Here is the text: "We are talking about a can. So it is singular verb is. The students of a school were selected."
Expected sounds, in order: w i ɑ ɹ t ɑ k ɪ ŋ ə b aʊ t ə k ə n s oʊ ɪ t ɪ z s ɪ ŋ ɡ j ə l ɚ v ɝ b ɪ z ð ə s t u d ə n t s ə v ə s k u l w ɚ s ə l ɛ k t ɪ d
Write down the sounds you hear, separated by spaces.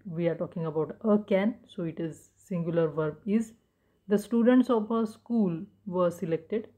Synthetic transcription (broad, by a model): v i ɑ ɹ t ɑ k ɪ ŋ ə b aʊ t ə k ə n s oʊ ɪ t ɪ z s ɪ ŋ ɡ j ə l ɚ v ɝ b ɪ z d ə s t u d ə n t s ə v ə s k u l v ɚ s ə l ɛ k t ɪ d